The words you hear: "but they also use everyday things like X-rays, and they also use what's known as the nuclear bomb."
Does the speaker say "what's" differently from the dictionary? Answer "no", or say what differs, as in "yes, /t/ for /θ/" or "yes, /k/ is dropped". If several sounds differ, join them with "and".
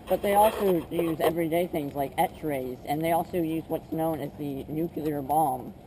no